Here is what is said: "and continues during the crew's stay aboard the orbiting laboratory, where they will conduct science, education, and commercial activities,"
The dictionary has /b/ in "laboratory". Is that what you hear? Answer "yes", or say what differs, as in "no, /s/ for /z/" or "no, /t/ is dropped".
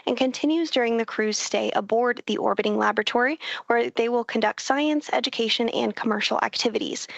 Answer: yes